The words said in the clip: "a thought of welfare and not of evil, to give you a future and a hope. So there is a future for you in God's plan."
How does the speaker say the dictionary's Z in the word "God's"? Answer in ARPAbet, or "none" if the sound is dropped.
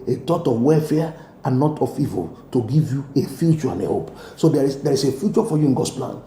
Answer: none